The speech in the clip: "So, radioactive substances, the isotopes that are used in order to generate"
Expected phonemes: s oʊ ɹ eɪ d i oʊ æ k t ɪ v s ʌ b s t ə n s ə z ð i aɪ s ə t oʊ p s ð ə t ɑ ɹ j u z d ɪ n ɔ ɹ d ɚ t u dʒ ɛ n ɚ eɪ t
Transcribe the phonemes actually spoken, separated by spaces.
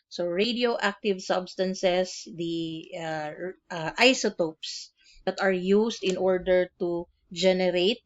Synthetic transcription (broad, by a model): s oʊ ɹ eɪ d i oʊ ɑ k t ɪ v s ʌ b s t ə n s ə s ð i aɪ s ə t oʊ p s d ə t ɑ ɹ j u s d ɪ n ɔ ɹ d ɚ t u dʒ ɛ n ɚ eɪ t